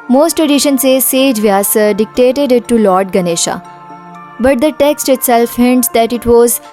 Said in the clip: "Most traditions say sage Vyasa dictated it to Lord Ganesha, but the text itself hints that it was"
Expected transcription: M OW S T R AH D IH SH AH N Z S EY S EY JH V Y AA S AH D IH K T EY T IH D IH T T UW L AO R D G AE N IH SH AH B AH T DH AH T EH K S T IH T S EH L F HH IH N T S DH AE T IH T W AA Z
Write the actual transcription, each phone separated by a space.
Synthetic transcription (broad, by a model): M OW S T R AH D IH SH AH N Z S EY S EY JH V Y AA S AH D IH K T EY T IH D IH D T UW L AO R D G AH N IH SH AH B AH T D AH T EH K S T IH T S EH L F HH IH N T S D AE T IH T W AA Z